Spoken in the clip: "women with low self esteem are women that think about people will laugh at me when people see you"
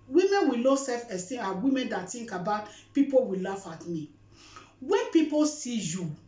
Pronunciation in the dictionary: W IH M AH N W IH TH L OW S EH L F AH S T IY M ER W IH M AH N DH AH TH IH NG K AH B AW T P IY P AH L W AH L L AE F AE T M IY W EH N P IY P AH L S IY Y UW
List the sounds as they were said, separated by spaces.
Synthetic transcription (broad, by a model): W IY M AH N W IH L OW S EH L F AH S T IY AA W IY M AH N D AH T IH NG K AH B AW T P IY P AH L W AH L L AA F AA T M IY W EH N P IY P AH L S IY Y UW